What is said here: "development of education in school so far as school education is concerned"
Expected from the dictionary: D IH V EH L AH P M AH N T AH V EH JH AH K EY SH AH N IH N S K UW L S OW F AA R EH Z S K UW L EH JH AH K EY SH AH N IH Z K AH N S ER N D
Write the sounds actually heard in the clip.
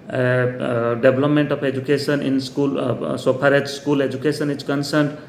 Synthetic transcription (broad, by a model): D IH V L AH P M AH N T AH P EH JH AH K EY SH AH N IH N S K UW L S OW P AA R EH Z S K UW L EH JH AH K EY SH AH N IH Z K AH N S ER N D